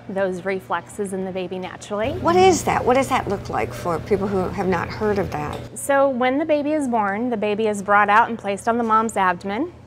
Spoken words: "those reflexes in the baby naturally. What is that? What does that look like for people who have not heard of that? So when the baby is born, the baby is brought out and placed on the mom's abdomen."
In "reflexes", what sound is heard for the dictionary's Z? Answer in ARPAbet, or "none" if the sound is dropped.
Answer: Z